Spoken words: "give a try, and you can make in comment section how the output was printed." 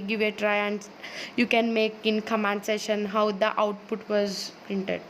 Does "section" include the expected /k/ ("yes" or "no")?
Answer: no